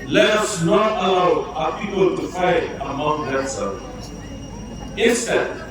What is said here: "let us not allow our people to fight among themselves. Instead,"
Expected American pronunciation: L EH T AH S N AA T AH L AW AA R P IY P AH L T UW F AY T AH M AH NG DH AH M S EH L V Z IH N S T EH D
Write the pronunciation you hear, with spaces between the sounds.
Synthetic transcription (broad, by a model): L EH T AH S N AA T AH L AW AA P IY P AH L T UW F AY T AH M AH NG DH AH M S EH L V IH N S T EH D